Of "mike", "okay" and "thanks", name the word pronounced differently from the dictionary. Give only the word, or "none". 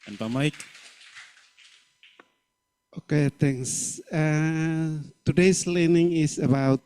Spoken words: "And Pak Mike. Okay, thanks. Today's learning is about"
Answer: thanks